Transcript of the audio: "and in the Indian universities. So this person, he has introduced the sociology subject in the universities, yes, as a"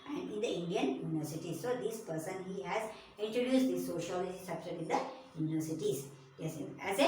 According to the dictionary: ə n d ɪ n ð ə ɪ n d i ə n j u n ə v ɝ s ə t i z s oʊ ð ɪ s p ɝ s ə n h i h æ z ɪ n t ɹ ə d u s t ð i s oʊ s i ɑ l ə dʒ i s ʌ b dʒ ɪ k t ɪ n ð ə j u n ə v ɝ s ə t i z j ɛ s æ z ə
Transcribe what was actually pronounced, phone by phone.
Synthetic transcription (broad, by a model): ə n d ɪ n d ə ɪ n d i ə n j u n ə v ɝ s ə t i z s oʊ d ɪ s p ɝ s ə n h i h æ z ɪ n t ɹ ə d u s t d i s oʊ ʃ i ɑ l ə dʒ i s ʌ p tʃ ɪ t ɪ n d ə j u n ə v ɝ s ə t i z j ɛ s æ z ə